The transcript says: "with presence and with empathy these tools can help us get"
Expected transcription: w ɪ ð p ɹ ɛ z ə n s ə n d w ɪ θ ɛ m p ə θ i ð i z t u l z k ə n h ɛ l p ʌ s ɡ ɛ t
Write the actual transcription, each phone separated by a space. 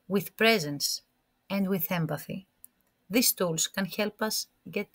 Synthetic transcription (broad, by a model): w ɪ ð p ɹ ɛ z ə n s ə n d w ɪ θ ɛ m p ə θ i ð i s t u l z k ə n h ɛ l p ʌ s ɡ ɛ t